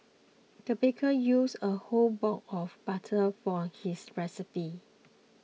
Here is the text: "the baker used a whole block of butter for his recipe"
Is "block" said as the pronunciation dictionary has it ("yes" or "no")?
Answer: no